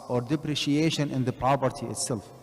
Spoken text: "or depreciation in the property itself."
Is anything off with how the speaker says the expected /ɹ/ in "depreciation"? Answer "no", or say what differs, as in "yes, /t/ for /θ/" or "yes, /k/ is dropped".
no